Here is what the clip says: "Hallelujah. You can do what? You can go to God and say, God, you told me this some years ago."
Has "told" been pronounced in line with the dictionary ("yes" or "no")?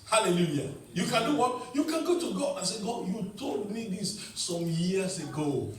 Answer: no